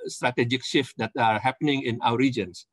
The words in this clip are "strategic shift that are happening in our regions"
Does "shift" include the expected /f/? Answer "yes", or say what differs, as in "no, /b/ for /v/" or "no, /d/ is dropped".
yes